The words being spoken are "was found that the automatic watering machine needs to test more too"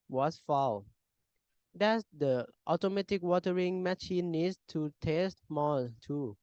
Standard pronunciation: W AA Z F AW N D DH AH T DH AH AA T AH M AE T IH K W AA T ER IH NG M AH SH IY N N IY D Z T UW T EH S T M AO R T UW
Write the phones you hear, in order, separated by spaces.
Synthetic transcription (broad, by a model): W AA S F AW L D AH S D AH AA T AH M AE T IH K W AA T ER IH NG M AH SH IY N N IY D S T UW T EH S T M AO T UW